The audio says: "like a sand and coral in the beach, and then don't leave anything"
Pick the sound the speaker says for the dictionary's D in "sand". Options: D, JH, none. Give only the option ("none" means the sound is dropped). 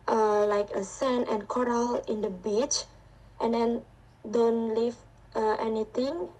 none